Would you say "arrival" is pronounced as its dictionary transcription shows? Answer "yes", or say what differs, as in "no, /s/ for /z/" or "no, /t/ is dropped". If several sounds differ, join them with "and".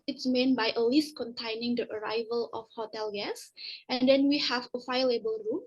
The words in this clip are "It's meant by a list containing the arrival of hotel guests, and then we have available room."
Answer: yes